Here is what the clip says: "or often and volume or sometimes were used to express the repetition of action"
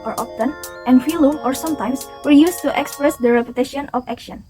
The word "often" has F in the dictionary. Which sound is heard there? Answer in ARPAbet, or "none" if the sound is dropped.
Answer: P